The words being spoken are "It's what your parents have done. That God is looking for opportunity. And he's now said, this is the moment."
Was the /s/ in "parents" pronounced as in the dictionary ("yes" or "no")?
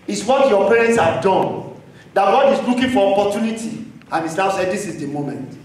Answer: yes